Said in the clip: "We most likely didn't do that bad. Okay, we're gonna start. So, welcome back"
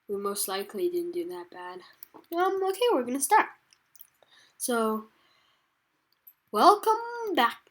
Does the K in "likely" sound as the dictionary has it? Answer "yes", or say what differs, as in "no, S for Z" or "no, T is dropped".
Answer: yes